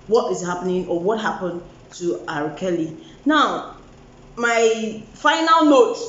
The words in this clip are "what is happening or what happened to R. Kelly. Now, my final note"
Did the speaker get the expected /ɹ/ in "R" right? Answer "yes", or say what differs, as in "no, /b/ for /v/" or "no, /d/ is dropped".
yes